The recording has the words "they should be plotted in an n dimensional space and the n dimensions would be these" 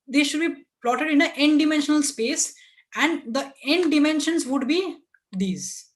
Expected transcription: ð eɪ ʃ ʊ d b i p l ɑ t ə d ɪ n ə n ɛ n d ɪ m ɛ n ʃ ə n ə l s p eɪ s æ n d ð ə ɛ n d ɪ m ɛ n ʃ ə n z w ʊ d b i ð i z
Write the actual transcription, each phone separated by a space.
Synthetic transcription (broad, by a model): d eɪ ʃ ʊ d b i p l ɑ t ə d ɪ n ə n ɛ n d ɪ m ɛ n ʃ ə n ə l s p eɪ s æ n d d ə ɛ n d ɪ m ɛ n ʃ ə n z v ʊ d b i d i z